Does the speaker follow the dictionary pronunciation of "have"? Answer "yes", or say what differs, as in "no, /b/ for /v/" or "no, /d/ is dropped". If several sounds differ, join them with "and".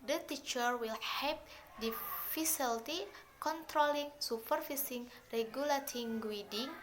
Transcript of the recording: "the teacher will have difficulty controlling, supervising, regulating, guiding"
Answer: no, /p/ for /v/